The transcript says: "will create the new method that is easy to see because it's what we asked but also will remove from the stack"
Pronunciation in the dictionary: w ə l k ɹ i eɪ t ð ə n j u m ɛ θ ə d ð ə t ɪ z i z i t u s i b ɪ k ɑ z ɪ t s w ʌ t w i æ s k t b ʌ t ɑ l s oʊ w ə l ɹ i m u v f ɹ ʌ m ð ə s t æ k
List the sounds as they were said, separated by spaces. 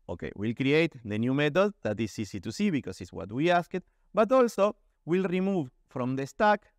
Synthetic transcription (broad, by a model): w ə l k ɹ i eɪ t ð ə n j u m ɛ t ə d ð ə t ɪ s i s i t u s i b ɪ k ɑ s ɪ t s w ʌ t w i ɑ s k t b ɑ t ɑ l s oʊ w ə l ɹ i m u v f ɹ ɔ m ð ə s t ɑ k